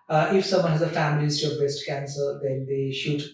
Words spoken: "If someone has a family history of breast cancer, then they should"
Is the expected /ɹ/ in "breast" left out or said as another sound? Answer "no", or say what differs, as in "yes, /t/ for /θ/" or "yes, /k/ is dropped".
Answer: yes, /ɹ/ is dropped